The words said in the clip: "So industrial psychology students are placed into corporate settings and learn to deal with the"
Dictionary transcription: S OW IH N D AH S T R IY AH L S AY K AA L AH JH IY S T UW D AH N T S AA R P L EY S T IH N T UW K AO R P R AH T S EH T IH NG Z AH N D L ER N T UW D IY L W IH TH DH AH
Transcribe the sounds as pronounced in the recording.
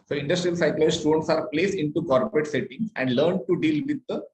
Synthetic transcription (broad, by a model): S OW IH N D AH S T R IY AH L S AY K L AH IY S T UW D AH N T S AA R P L EY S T IH N T UW K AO R P R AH T S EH T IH NG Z AH N D L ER N T UW D IY L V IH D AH